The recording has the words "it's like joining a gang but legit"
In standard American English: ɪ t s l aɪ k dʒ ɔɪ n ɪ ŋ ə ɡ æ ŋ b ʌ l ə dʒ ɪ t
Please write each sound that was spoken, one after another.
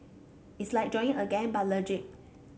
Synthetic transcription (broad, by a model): ɪ t s l aɪ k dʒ ɔɪ ɪ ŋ ə ɡ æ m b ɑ l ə dʒ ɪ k